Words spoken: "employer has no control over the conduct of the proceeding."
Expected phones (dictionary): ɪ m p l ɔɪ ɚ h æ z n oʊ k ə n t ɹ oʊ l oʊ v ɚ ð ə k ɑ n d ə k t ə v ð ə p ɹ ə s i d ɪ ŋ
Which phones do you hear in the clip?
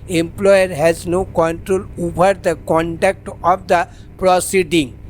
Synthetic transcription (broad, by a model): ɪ m p l ɔɪ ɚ h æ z n oʊ k ə n t ɹ oʊ l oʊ b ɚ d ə k ɑ n d ə k t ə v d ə p ɹ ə s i d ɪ ŋ